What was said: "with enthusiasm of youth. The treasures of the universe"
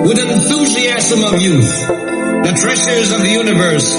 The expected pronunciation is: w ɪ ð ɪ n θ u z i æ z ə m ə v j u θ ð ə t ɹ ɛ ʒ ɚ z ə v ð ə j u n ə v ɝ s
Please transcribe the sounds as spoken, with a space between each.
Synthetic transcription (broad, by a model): w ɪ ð ɪ n θ u z i æ z ə m ə v j u θ ð ə t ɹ ɛ ʃ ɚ z ə v ð ə j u n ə v ɝ s